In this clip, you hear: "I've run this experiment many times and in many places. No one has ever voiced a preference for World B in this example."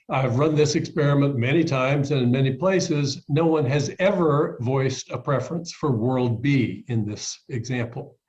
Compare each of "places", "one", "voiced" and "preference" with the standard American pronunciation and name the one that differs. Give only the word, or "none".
none